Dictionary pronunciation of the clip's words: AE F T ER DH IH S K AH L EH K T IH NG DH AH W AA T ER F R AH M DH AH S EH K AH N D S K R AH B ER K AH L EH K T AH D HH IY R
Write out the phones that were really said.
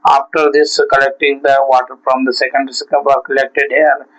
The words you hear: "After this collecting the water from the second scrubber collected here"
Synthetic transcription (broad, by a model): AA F T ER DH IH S K AH L EH K T IH NG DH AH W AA T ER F R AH M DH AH S EH K AH N D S K AH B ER K AH L EH K T AH D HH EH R